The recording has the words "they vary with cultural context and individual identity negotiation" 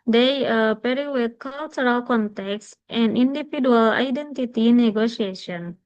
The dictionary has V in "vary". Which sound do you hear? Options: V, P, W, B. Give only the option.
P